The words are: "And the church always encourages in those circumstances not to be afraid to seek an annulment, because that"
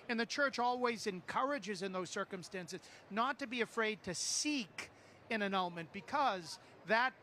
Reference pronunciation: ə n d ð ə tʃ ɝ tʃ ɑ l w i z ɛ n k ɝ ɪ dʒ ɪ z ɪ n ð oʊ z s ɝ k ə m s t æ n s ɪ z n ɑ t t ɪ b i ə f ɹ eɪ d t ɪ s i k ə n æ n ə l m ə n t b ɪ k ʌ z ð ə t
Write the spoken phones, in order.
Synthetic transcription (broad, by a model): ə n ð ə tʃ ɝ tʃ ɑ l w i z ɛ n k ɝ ɪ dʒ ɪ z ɪ n ð oʊ z s ɝ k ə m s t æ n s ɪ z n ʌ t t ɪ b i ə f ɹ eɪ d t ɪ s i k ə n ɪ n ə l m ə n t b ɪ k ʌ z ð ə t